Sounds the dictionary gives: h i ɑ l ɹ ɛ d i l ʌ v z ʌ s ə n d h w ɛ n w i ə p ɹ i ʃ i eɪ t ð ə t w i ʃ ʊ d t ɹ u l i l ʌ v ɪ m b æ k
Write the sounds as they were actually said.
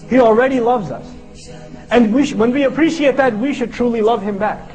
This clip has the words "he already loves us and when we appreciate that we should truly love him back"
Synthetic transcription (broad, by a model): h i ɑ l ɹ ɛ d i l ʌ v z ʌ s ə n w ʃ w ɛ n w i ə p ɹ i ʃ i eɪ t ð ə t w i ʃ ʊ d t ɹ u l i l ʌ v ɪ m b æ k